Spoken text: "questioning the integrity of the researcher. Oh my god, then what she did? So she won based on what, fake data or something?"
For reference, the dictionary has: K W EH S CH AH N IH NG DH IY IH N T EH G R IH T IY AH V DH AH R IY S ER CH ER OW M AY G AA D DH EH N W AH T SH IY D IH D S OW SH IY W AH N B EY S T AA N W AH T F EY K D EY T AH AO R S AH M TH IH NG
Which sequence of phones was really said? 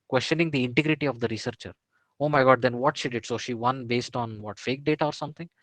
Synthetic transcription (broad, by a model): K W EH S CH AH N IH NG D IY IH N T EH G R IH T IY AH V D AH R IY S ER CH ER OW M AY G AA D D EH N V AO T SH IY D IH D S OW SH IY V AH N B EY S T AA N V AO T F EY K D EY T AH AO R S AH M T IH NG